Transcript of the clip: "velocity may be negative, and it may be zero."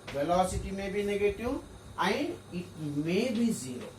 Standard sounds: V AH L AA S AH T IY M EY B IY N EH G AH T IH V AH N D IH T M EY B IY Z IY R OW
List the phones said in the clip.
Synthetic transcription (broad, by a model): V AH L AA S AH T IY M EY B IY N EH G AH T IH W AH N IH T M EY B IY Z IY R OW